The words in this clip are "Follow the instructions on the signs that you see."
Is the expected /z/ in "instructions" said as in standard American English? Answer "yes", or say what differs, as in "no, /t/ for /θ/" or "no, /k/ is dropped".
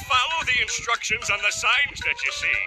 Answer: yes